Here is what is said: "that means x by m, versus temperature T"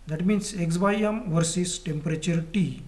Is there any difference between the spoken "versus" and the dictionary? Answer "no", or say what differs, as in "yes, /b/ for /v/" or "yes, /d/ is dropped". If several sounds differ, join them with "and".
no